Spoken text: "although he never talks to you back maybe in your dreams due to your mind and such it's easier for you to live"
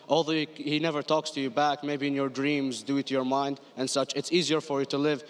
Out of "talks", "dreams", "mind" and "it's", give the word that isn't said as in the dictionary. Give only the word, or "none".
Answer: none